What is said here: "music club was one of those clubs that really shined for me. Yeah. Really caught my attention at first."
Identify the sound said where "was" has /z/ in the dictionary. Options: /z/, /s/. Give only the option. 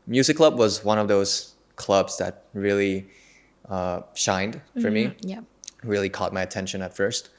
/z/